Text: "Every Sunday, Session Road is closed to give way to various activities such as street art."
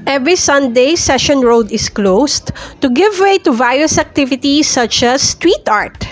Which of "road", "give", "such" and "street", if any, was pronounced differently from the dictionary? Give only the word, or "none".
street